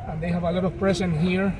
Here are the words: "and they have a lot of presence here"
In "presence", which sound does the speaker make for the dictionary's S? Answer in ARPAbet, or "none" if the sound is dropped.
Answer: none